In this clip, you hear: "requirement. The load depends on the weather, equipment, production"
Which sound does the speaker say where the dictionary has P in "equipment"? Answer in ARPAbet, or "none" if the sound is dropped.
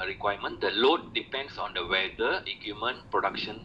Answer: none